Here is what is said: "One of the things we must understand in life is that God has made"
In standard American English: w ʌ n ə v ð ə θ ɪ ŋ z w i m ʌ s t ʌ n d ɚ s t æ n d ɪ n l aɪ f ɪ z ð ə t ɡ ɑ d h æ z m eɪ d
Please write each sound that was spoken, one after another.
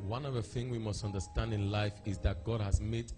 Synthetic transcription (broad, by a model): w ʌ n ə v ð ə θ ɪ ŋ w i m ʌ s t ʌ n d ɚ s t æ n d ɪ n l aɪ f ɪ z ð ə t ɡ ɑ d h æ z m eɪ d